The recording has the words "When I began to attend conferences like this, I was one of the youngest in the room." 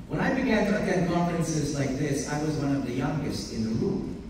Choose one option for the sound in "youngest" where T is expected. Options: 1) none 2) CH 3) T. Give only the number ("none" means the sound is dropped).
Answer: 3